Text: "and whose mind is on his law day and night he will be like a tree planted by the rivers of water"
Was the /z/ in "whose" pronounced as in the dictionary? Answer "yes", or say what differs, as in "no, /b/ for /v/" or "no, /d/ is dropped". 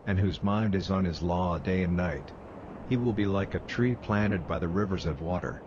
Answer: yes